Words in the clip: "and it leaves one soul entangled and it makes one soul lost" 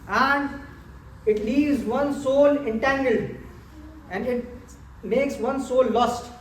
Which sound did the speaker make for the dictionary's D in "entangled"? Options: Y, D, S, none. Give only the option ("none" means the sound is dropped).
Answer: none